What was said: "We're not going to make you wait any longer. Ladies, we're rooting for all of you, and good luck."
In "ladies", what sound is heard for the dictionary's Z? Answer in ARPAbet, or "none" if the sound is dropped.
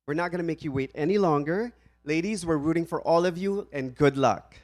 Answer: Z